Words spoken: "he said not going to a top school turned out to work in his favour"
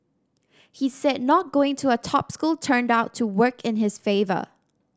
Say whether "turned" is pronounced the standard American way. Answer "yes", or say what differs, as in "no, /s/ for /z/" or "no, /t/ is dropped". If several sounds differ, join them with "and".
yes